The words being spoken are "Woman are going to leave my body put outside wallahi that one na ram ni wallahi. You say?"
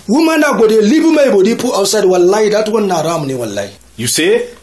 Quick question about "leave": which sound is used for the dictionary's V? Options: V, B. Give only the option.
B